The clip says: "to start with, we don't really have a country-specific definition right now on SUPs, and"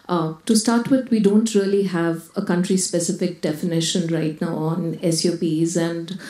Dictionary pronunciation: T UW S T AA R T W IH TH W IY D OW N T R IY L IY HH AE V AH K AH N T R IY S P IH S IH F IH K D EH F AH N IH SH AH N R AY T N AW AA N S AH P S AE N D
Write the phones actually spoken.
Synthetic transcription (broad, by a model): T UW S T AA R T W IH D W IY D OW N T R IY L IY HH AE V AH K AH N T R IY S P IH S IH F IH K D EH F AH N IH SH AH N R AY T N AW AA N S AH P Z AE N D